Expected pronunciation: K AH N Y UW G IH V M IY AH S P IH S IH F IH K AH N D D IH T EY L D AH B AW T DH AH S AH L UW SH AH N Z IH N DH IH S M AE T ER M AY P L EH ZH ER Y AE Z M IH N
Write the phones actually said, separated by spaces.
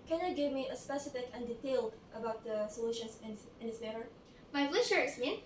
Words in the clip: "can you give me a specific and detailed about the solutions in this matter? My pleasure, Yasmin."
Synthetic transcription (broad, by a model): K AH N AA G IH V M IY AH S P IH S IH F IH K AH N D D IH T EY L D AH B AW T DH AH S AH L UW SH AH N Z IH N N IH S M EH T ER M AY F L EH SH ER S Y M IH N